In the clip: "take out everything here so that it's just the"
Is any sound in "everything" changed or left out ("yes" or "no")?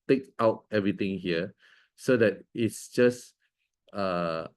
yes